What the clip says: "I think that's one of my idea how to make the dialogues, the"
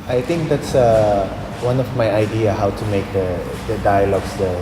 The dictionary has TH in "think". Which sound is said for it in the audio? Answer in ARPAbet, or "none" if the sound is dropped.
T